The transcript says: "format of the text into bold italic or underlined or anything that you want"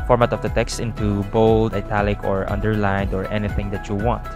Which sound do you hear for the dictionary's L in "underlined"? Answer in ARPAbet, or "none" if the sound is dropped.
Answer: L